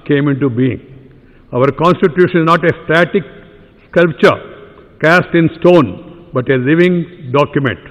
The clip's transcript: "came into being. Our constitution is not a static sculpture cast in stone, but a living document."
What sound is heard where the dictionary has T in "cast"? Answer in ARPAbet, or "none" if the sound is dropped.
T